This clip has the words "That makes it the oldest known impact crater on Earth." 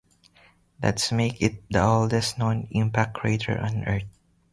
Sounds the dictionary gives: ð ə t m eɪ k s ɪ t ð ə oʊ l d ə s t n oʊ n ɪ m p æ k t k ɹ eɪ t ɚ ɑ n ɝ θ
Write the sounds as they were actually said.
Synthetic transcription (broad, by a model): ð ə t m eɪ k ɪ t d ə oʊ l d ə s t n oʊ n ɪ m p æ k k ɹ eɪ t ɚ ɑ n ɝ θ